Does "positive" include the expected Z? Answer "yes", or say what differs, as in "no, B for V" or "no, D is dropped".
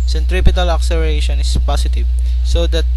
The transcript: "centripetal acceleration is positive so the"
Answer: no, S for Z